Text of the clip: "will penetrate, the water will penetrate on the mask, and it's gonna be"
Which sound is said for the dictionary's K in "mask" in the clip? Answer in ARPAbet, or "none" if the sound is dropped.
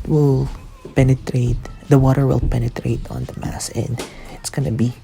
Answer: none